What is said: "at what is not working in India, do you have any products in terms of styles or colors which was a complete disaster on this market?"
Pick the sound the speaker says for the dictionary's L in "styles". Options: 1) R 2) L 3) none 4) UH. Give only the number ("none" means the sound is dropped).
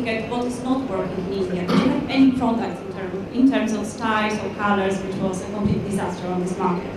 3